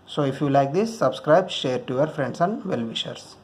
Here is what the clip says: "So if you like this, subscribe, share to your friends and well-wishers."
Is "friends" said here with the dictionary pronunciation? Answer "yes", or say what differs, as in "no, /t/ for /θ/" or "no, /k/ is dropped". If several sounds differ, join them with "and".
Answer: no, /s/ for /z/